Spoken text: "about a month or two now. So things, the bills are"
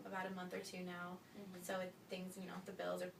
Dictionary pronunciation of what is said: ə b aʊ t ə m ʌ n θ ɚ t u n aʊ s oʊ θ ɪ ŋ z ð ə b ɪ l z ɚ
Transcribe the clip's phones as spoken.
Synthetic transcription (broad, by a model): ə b aʊ t ə m ʌ n θ ɚ t u n aʊ s oʊ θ ɪ ŋ z ð ə b ɪ l z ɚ